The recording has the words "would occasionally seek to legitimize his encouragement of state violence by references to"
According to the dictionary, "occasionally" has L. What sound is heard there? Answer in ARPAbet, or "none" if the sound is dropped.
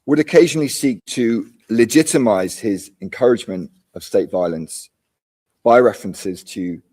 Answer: L